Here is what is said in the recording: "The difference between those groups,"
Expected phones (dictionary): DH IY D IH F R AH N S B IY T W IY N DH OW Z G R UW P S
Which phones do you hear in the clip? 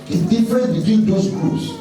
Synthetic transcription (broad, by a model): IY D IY F R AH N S B IY T W IY N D OW S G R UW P S